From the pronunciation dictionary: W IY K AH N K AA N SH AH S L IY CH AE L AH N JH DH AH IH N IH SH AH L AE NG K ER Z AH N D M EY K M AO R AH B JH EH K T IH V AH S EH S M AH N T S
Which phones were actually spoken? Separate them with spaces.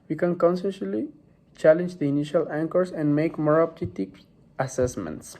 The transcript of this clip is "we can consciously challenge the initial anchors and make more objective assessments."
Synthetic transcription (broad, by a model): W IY K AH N K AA N S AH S L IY CH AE L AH N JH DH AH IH N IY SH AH L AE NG K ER S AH N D M EY K M AO R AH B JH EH T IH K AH S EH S M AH N T S